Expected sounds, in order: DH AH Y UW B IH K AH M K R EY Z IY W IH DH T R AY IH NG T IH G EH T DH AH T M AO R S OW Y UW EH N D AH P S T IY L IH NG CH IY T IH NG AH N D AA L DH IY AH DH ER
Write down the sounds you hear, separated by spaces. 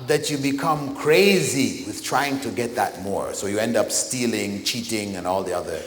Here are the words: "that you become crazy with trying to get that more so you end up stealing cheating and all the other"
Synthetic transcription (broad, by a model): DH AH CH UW B IH K AH M K R EY Z IY W IH DH T R AY IH NG T IH G EH T DH AH T M AO R S OW Y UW EH N D AH P S T IY L IH NG CH IY T IH NG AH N AA L DH IY AH DH ER